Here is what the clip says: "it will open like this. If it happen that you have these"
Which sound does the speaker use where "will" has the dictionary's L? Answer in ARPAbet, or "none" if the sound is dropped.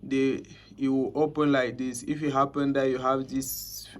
W